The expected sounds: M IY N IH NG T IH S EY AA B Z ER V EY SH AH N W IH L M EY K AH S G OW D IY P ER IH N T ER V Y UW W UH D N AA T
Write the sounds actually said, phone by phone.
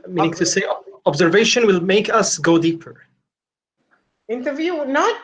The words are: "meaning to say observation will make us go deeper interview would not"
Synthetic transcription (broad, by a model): M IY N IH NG T IH S EY AA B Z ER V EY SH AH N W IH L M EY K AH S G OW D IY P ER IH N T ER V Y UW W N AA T